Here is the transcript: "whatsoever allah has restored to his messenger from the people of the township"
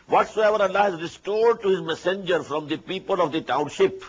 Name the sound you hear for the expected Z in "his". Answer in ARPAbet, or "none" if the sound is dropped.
Z